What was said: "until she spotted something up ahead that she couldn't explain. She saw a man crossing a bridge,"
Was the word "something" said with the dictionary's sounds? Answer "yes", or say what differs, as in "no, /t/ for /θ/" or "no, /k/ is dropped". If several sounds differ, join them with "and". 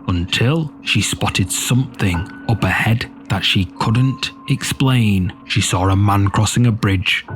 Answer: yes